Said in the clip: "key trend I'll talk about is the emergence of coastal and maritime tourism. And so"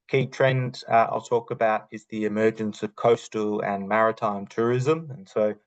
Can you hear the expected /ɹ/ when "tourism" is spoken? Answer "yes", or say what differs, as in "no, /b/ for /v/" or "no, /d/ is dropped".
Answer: yes